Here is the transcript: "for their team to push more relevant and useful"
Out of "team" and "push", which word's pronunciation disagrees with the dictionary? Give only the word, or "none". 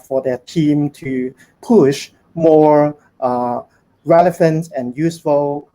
none